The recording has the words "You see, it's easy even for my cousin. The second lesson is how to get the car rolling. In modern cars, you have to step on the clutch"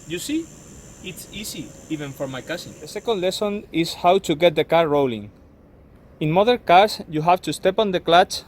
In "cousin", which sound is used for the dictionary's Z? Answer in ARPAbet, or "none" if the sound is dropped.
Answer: S